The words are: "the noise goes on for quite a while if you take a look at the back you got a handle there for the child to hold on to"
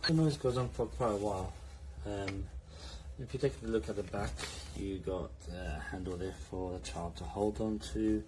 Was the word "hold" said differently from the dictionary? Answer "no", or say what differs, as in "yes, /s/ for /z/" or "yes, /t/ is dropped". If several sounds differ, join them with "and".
no